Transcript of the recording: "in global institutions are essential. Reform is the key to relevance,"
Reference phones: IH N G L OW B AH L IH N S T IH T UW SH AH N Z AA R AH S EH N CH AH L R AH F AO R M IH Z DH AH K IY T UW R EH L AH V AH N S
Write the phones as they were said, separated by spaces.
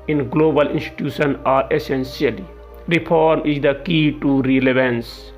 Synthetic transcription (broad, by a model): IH N G L OW B AH L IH N S T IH T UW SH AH N AA R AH S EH N S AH L R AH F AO R M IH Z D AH K IY T UW R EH L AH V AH N S